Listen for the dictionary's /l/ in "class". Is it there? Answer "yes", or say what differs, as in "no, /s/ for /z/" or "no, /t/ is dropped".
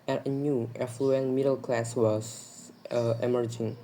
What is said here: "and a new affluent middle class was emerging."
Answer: yes